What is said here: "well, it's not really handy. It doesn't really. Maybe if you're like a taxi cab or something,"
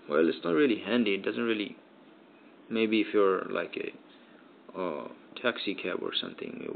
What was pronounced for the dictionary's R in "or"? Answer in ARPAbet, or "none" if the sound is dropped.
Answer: R